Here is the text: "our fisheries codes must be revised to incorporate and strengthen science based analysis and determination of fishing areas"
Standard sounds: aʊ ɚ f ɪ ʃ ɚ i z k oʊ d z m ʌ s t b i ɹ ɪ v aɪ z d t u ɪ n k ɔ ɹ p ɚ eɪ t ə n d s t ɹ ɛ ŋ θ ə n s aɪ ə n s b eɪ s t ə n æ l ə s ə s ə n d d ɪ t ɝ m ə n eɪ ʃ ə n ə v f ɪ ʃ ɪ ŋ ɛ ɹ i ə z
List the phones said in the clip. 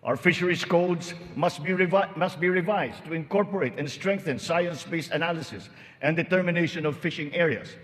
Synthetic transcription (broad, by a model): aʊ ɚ f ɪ ʃ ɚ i s k oʊ d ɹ m ʌ s t b i ɹ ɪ v aɪ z t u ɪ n k ɔ ɹ p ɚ eɪ t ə n s t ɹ ɛ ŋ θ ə n s aɪ ə n s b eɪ s ə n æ l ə s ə s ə n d d ɪ t ɝ m ə n eɪ ʃ ə n ə v f ɪ ʃ ɪ ŋ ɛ ɹ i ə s